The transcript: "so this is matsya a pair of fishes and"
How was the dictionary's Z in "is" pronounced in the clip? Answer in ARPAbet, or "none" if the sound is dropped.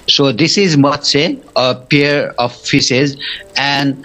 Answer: Z